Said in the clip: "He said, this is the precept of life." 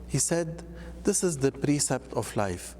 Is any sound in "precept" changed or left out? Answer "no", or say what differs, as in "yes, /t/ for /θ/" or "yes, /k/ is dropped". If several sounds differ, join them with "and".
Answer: no